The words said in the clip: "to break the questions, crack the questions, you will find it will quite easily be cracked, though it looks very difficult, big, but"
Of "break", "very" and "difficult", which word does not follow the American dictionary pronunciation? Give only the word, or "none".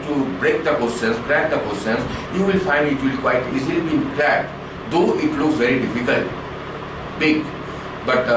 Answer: none